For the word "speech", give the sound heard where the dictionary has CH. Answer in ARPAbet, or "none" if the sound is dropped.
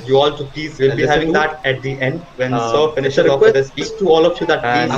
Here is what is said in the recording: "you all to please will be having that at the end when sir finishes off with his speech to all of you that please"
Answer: S